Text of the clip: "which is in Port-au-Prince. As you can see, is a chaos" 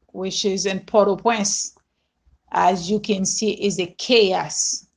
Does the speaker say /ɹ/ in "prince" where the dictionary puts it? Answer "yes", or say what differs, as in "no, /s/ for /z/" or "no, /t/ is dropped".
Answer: no, /ɹ/ is dropped